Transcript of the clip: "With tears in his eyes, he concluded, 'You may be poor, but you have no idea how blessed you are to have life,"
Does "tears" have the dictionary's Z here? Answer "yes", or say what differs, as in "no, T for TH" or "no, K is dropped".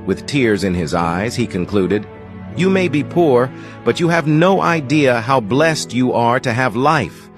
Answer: yes